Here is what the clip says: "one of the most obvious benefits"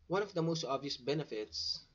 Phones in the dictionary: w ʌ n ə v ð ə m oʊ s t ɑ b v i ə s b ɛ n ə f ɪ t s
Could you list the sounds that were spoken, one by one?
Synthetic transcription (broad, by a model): w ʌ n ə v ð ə m oʊ s t ɑ b v i ə s b ɛ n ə f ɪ t s